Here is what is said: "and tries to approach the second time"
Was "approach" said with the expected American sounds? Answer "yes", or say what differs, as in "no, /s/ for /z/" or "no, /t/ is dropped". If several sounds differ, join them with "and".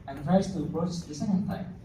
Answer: no, /s/ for /tʃ/